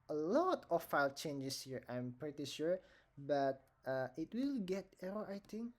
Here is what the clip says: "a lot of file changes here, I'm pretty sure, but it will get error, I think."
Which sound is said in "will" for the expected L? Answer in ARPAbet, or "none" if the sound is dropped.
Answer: L